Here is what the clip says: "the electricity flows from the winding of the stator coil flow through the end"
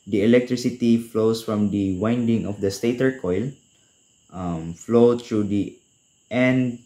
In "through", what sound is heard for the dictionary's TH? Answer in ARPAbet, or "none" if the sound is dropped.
T